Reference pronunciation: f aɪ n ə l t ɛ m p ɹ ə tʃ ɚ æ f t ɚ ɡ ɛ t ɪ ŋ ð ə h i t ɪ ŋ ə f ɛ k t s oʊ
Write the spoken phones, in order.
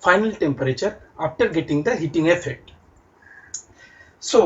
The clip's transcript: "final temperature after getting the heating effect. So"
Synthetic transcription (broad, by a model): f aɪ n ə l t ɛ m p ɹ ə tʃ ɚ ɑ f t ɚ ɡ ɛ t ɪ ŋ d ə h i t ɪ ŋ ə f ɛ t s oʊ